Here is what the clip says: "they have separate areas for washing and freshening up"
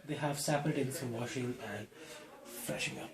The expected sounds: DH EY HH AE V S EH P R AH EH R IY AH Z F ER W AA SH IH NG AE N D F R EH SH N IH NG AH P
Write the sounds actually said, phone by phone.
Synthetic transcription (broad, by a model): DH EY HH AE V S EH P AH R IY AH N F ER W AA SH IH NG AE N D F R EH SH IH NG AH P